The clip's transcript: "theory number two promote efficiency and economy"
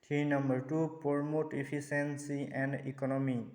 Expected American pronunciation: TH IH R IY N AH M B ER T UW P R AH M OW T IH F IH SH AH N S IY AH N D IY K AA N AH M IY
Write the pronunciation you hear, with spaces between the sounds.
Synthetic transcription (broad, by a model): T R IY N AH M B ER T UW P R M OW T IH P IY S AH N S IY AH N D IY K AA N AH M IY